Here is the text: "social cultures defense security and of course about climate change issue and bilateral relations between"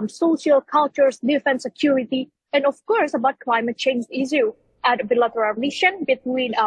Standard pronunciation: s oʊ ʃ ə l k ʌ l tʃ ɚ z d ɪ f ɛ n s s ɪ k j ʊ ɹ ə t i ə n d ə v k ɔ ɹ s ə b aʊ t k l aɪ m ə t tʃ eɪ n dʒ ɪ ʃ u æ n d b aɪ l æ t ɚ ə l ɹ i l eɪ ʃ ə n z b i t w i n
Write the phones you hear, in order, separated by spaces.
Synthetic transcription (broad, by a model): s oʊ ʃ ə l k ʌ l tʃ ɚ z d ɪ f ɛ n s s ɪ k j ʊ ɹ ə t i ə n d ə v k ɔ ɹ s ə b aʊ t k l aɪ m ə t tʃ eɪ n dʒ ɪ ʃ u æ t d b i l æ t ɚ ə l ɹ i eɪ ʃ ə n b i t w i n